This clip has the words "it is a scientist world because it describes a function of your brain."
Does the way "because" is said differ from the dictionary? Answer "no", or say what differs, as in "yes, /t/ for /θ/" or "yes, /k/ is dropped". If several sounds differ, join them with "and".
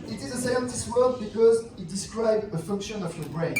no